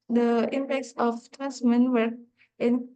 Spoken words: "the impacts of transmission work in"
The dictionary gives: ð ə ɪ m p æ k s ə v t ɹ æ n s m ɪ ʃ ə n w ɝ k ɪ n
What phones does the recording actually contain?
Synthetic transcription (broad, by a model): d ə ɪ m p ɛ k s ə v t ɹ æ n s m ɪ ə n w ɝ ɪ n